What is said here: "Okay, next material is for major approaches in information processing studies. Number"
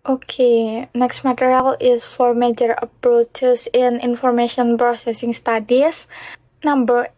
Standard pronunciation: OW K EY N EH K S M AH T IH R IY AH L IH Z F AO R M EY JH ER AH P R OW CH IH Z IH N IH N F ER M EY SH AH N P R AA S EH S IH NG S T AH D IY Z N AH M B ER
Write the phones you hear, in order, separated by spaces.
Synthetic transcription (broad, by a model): OW K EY N EH K S M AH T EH R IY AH L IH S F AO R M EY JH ER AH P R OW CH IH S IH N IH N F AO M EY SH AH N P R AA S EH S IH NG S T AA D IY S N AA M B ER